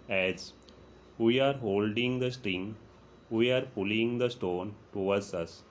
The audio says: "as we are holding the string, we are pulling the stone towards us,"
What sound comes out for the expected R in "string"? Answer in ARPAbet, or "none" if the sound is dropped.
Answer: R